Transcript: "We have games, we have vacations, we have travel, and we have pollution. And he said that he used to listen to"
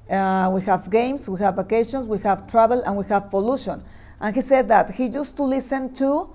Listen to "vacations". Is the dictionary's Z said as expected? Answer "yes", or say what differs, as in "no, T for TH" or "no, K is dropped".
no, S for Z